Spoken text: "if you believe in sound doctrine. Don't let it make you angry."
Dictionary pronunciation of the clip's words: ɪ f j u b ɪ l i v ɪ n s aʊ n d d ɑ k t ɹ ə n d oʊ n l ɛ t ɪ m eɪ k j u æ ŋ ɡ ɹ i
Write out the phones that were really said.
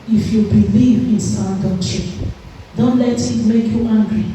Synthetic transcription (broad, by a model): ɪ f j u b ɪ l i v ɪ n s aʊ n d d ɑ t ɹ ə d oʊ n l ɛ t ɪ m eɪ k j u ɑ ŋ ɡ ɹ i